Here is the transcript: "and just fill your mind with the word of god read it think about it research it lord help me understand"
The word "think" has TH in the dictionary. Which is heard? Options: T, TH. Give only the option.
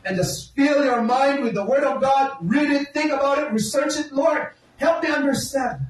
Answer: TH